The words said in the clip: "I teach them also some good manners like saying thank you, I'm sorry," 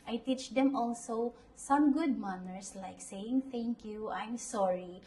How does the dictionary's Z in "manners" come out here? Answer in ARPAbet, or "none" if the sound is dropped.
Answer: S